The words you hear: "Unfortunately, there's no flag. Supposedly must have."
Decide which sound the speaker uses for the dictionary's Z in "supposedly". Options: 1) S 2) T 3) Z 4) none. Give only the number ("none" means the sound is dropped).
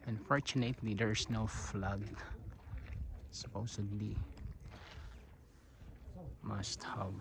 1